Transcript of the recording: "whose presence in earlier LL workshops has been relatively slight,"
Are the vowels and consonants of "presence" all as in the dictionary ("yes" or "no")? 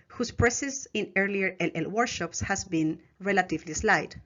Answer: no